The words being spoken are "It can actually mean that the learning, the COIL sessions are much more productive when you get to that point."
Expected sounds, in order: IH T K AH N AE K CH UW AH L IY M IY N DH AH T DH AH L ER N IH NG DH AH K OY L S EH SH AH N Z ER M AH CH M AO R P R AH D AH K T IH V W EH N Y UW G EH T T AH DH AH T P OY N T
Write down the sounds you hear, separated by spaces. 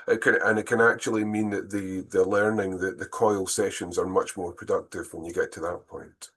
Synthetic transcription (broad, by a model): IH T K AH N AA K CH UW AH L IY M IY N DH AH T DH AH L ER N IH NG DH AH K OY L S EH SH AH N Z ER M AH CH M AO R P R AH D AH K T IH V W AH N Y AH G EH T T AH DH AH T P OY N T